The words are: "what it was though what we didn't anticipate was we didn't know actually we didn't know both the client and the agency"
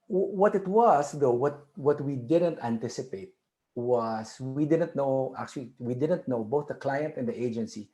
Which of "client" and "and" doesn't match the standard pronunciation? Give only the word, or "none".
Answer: none